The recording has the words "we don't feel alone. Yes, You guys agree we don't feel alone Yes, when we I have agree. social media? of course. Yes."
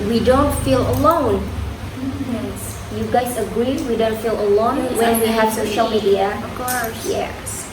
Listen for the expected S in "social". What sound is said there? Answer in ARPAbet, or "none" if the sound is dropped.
SH